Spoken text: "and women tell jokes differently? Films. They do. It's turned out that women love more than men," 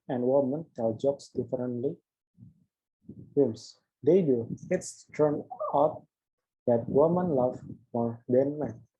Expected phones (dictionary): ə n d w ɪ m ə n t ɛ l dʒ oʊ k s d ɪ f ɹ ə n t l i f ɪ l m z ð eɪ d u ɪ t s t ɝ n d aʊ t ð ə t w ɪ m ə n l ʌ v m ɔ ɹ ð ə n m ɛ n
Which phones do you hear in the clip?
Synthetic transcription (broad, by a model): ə n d w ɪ m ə n t ɛ l dʒ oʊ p s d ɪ f ɹ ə n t l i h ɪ m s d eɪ d u ɪ t s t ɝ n aʊ t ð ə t w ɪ m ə n l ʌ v m ɔ ɹ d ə n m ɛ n